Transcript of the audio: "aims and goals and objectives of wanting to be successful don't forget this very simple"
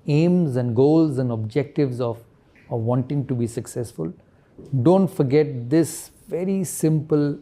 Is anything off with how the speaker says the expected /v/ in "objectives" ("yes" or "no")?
no